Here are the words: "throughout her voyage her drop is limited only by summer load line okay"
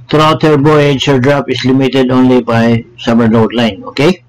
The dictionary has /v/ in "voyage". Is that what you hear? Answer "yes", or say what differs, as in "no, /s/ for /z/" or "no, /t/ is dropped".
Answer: no, /b/ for /v/